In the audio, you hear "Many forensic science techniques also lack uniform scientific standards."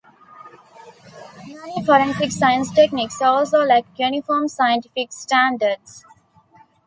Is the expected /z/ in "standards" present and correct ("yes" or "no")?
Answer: no